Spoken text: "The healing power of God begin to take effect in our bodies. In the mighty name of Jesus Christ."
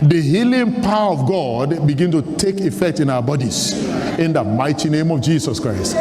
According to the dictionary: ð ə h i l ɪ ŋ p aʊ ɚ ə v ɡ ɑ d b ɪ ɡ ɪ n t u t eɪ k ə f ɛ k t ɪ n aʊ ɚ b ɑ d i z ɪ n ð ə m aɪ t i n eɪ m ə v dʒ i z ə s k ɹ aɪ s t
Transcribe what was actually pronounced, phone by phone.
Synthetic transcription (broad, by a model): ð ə h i l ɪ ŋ p aʊ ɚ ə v ɡ ɑ d b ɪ ɡ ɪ n t u t eɪ k ə f ɛ k t ɪ n aʊ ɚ b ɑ d i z ɪ n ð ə m aɪ t i n eɪ m ə v dʒ i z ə s k ɹ aɪ s t